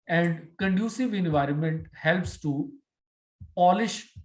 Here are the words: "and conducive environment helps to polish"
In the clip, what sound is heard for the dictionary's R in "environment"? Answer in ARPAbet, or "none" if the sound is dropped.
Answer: R